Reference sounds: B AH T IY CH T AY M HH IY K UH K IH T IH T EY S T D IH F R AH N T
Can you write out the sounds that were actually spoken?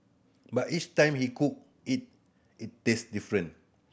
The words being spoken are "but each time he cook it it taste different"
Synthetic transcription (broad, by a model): B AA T IY CH T AY M HH IY K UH K IH T IH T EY S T D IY F R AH N